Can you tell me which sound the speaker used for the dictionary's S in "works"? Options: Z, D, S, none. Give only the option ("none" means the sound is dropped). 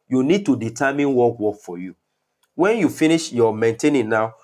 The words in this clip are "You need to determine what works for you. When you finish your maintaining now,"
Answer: none